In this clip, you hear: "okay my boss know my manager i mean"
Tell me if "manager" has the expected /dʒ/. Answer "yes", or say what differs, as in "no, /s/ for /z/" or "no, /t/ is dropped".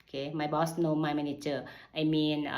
no, /tʃ/ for /dʒ/